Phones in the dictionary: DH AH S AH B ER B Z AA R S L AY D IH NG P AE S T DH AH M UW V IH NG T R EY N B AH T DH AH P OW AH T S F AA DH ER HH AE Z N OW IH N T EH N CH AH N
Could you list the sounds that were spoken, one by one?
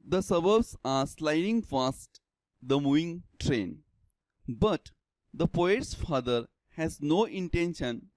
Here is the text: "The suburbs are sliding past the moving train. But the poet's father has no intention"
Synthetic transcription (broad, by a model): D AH S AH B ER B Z AA R S L AY D IH NG F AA S T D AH M UW V IH NG T R EY N B AH T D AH P OW AH T S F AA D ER HH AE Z N OW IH N T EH N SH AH N